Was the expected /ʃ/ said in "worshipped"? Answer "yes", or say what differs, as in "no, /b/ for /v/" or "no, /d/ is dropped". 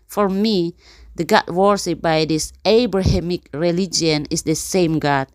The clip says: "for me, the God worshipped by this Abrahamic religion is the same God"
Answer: no, /s/ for /ʃ/